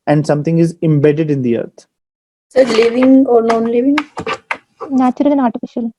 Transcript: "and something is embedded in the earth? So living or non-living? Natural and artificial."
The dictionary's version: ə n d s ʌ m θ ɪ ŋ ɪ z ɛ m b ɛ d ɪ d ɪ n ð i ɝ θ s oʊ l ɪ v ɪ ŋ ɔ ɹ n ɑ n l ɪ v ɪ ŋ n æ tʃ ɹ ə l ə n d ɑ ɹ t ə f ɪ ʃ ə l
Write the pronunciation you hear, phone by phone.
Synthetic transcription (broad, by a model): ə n d s ʌ m t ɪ ŋ ɪ z ɛ m b ɛ d ɪ d ɪ n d i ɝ t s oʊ l ɪ v ɪ ŋ ɔ ɹ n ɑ n l ɪ v ɪ ŋ n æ tʃ ɹ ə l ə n ɑ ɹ t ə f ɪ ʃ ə l